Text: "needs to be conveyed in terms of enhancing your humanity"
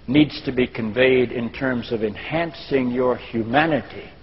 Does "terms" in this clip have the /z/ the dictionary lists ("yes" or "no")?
yes